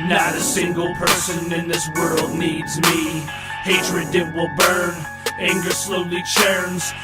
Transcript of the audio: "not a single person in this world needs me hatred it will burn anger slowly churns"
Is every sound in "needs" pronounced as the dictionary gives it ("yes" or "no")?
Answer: yes